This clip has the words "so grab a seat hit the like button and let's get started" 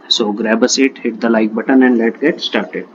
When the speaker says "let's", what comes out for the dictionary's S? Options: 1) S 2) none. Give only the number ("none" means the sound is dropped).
2